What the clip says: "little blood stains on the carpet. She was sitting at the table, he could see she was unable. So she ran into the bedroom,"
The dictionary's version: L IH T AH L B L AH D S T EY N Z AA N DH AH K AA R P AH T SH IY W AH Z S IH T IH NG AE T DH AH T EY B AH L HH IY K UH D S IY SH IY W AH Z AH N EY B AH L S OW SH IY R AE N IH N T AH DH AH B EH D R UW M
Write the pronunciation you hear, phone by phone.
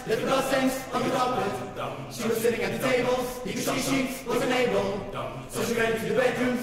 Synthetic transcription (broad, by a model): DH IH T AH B AH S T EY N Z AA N DH AH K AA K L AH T SH IY W AH Z S IH T IH NG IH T DH AH T EY B AH L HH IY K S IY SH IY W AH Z AH N EY B AH L S OW SH IY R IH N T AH DH AH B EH D R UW M